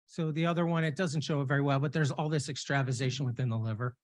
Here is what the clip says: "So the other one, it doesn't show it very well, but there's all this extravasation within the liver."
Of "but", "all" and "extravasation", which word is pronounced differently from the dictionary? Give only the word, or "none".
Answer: none